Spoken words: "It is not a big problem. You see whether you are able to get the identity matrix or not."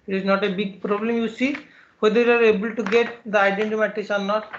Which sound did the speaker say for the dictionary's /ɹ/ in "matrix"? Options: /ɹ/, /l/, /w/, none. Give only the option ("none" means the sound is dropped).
none